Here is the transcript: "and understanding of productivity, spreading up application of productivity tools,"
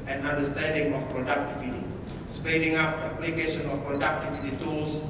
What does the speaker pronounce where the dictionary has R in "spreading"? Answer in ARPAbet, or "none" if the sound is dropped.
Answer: none